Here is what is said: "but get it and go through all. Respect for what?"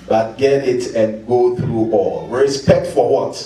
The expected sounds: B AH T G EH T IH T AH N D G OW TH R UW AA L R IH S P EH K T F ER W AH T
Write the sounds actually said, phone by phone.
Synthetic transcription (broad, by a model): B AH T G EH T IH T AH N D G OW TH R UW AA L R IH S P EH K T F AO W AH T